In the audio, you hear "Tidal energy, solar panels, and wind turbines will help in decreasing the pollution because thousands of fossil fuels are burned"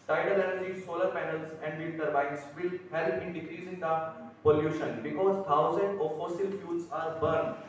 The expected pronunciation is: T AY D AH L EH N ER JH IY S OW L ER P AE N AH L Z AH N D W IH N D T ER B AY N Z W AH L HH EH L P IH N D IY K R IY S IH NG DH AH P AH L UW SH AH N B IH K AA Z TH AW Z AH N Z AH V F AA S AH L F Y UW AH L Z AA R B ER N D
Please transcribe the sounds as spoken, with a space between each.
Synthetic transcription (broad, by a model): T AY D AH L EH N ER JH IY S OW L ER P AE N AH L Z AH N D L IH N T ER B AY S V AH L HH EH L P IH N D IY K R IY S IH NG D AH P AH L UW SH AH N B IH K AA Z T AW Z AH N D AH F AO S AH L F Y UW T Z AA R B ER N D